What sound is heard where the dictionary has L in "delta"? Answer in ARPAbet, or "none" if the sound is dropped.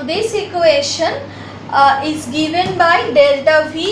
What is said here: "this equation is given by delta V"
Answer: L